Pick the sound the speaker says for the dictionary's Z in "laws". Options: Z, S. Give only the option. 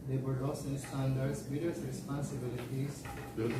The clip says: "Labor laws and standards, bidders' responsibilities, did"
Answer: S